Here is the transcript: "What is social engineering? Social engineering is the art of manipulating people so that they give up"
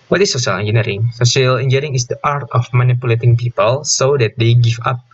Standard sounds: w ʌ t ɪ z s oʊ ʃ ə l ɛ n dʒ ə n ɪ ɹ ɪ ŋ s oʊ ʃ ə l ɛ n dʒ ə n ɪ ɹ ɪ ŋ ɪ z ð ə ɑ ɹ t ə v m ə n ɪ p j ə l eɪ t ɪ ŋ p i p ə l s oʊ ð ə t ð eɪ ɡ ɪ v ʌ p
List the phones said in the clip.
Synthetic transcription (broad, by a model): w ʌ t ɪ s oʊ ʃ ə l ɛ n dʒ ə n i ɹ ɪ ŋ s oʊ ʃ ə l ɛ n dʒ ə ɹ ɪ ŋ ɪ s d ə ɑ ɹ t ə f m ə n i p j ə l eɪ t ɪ ŋ p i p ə l s oʊ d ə t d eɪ ɡ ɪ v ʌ p